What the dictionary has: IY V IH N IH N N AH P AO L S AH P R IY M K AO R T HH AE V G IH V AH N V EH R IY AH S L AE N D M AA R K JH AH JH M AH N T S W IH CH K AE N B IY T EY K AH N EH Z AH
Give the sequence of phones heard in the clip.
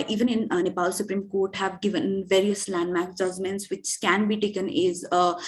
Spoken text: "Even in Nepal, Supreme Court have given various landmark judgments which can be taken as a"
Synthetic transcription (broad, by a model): IY V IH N IH N N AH P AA L S AH P R IY M K AO R T HH AE V G IH V AH N V EH R IY AH S L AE N D M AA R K JH AH JH M AH N T S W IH CH K AE N B IY T EY K AH N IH Z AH